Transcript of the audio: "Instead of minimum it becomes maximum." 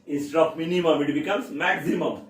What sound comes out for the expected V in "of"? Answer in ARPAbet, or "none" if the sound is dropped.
P